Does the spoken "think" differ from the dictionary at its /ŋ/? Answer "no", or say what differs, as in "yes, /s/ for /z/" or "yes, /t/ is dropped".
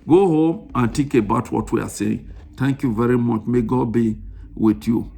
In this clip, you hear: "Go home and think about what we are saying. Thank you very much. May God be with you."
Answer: yes, /ŋ/ is dropped